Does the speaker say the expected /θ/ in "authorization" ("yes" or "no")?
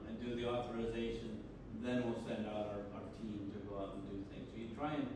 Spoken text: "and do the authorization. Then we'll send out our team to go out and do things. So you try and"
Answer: yes